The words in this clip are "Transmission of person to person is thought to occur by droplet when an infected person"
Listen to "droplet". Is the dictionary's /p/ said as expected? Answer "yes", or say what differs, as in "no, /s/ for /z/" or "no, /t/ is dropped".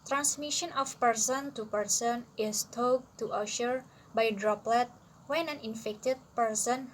yes